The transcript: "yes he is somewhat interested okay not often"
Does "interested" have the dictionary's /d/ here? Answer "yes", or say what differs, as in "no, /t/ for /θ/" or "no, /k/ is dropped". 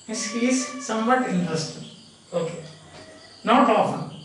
no, /d/ is dropped